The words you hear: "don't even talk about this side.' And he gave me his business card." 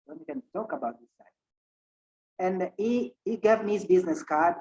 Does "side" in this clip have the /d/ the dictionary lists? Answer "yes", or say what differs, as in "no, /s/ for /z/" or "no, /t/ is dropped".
no, /d/ is dropped